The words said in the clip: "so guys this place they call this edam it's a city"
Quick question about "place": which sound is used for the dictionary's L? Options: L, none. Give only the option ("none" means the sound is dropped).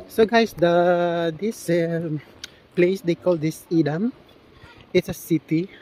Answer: L